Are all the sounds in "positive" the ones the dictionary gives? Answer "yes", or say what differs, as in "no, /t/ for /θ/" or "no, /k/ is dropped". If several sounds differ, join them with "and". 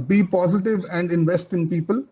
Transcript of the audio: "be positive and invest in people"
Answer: yes